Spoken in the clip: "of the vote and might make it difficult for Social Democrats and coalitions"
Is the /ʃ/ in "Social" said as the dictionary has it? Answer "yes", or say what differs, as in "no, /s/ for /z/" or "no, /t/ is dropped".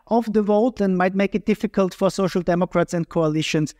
yes